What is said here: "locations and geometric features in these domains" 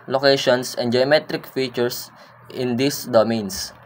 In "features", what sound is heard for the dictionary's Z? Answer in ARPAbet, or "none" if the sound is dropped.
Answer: S